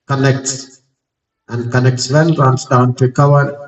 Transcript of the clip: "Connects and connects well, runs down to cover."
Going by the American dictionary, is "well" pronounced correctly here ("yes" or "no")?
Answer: no